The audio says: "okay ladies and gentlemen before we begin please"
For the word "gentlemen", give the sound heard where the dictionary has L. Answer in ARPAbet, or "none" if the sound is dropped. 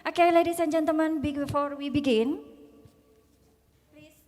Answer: none